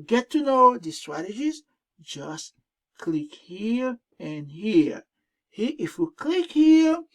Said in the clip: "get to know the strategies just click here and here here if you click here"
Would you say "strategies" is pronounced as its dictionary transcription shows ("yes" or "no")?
yes